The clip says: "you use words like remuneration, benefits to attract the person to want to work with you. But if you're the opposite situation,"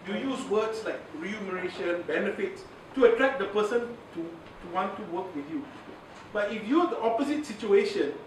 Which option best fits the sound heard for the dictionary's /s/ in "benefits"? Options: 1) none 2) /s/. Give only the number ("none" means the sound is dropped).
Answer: 2